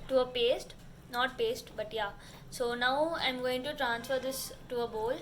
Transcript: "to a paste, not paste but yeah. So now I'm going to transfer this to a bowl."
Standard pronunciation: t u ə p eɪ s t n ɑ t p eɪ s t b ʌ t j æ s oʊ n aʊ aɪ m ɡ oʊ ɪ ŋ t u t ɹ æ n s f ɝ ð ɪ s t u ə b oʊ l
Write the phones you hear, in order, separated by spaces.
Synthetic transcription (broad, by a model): t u ə p eɪ s t n ɑ t p eɪ s t b ʌ t j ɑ s oʊ n aʊ aɪ m ɡ oʊ ɪ ŋ t u t ɹ æ n s f ɝ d ɪ s t u ə b oʊ l